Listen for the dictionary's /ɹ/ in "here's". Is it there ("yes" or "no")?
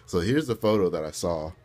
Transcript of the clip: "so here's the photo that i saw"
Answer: yes